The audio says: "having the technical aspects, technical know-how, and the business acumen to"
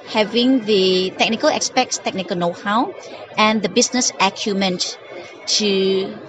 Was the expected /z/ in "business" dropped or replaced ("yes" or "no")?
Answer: yes